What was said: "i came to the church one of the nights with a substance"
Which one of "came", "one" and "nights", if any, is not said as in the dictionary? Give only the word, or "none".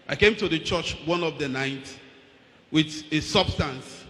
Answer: nights